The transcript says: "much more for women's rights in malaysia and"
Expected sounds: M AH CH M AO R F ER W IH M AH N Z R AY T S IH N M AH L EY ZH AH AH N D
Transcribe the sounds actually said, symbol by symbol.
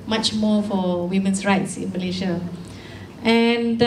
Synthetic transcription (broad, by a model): M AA CH M AO F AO W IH M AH N S R AY T S IH N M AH L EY SH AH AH N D